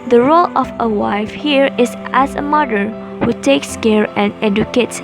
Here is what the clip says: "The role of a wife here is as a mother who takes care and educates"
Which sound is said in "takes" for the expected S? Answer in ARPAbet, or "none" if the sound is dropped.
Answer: S